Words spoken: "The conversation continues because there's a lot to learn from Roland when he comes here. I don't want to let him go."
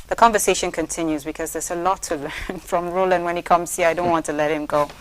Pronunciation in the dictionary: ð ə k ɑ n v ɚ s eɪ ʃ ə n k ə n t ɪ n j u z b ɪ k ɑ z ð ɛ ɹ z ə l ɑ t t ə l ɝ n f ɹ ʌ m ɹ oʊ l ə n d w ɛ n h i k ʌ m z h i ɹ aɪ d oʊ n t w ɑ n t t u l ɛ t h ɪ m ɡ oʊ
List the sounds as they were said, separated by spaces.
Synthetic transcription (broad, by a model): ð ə k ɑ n v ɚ s eɪ ʃ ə n k ə n t ɪ n j u z b ɪ k ɑ z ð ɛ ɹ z ə l ɑ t t ə l ɝ n f ɹ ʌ m ɹ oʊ l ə n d w ɛ n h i k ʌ m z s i aɪ d oʊ n t w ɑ n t t u l ɛ t h ɪ m ɡ oʊ